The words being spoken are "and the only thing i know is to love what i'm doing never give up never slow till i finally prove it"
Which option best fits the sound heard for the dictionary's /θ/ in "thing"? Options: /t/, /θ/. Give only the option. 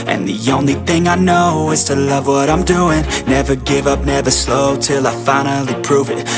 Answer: /θ/